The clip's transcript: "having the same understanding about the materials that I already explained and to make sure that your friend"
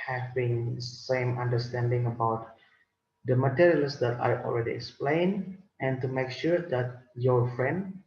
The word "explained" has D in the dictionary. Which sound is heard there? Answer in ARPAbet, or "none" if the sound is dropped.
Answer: none